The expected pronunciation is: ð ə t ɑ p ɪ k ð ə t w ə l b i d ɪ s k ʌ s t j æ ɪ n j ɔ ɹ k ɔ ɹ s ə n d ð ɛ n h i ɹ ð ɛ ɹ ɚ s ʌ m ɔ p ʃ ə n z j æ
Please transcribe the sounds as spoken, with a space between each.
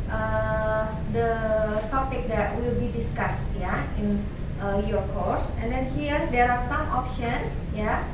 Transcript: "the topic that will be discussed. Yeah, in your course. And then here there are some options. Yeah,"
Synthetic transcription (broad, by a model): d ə t ɑ p ɪ k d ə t w ə l b i d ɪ s k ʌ s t j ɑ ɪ n j ɔ ɹ k ɔ ɹ s ə n d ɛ n h i ɹ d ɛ ɹ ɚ s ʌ m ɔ p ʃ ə n j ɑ